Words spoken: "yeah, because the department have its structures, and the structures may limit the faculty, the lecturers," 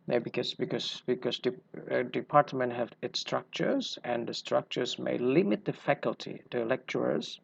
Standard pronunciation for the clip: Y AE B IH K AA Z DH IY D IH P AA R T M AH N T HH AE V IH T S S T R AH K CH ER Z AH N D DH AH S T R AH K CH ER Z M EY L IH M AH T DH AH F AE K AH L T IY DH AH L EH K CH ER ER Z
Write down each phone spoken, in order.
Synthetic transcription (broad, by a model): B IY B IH K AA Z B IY D IH P AA R T M AH N T HH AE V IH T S S T R AH K CH ER Z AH N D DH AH S T R AH K CH ER Z M EY L IH M AH T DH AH F AE K AH L T IY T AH L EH K CH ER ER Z